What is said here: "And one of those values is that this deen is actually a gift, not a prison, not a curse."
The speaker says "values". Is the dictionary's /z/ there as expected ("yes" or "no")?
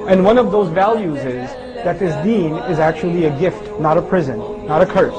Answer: yes